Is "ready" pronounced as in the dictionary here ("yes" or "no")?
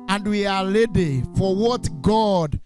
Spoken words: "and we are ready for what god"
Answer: no